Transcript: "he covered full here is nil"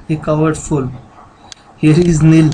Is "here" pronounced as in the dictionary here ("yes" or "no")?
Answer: yes